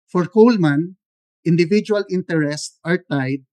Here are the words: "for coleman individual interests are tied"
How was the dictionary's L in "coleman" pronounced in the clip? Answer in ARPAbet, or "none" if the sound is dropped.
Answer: L